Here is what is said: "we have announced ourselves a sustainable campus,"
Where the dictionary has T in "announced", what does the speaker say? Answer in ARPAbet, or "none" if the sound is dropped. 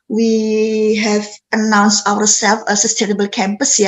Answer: T